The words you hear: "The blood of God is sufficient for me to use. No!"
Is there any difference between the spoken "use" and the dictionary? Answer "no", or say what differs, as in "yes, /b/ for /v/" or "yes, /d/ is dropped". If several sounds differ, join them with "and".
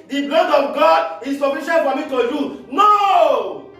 yes, /s/ is dropped